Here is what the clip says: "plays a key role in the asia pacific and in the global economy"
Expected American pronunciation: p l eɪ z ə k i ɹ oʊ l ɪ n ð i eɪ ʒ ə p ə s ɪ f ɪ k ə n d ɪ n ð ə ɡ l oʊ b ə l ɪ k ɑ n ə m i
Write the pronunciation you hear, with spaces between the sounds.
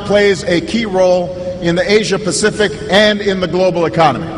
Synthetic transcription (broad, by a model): p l eɪ z ə k i ɹ oʊ l ɪ n ð i eɪ ʒ ə p ə s ɪ f ɪ k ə n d ɪ n ð ə ɡ l oʊ b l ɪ k ɑ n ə m i